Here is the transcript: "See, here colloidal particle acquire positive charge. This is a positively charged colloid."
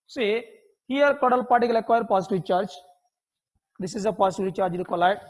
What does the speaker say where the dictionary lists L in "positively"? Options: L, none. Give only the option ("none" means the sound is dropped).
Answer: none